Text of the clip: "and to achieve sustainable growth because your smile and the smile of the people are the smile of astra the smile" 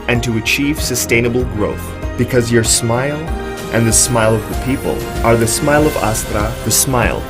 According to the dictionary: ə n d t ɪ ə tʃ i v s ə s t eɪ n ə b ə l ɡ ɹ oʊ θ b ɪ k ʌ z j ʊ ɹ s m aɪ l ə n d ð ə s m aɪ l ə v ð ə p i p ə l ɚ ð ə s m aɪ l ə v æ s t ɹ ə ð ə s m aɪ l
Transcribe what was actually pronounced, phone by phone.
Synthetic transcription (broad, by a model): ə n t ɪ ə tʃ i v s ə s t eɪ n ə b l ɡ ɹ oʊ θ b ɪ k ʌ z j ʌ ɹ s m aɪ l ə n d ð ə s m aɪ l ə v ð ə p i p ə l ɚ ð ə s m aɪ l ə v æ s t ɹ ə ð ə s m aɪ l